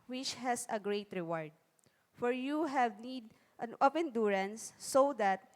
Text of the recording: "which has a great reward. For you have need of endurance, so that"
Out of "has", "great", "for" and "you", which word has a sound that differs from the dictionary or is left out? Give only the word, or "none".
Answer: has